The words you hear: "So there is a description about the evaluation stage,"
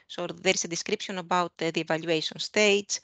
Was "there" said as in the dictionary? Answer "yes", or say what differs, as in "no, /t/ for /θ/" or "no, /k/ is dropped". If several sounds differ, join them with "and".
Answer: yes